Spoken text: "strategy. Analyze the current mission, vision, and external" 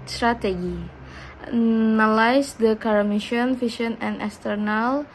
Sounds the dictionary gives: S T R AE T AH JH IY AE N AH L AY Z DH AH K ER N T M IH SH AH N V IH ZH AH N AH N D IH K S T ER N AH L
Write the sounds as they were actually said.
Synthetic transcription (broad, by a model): S T R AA T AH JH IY N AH L AY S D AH K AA T M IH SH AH N F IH SH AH N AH N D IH S T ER N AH L